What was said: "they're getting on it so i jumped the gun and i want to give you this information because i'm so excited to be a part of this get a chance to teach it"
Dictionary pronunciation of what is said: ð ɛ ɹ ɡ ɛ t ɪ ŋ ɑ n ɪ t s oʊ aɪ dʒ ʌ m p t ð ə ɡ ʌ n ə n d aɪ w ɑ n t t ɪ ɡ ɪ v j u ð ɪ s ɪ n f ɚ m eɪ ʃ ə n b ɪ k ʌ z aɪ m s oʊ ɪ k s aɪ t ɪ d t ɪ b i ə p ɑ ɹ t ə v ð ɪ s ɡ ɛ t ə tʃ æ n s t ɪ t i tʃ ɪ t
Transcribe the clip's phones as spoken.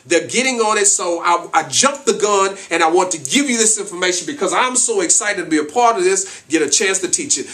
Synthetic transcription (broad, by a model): ð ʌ ɹ ɡ ɛ t ɪ ŋ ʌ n ɪ t s oʊ aɪ dʒ ʌ m p ð ə ɡ ʌ n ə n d aɪ w ɑ n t t ɪ ɡ ɪ v j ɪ ð ɪ s ɪ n f ɚ m eɪ ʃ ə n b ɪ k ʌ z aɪ m s oʊ ɪ k s aɪ t ɪ d t ɪ b i ə p ɑ ɹ t ə v ð ɪ s ɡ ɛ t ə tʃ æ n s t ɪ t i tʃ ɪ t